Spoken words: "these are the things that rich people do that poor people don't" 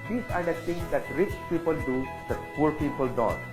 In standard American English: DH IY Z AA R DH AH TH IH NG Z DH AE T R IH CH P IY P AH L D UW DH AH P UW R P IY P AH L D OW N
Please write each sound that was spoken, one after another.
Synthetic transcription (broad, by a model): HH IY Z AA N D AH T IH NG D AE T R IH CH P IY P AH L D UW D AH P UW R P IY P AH L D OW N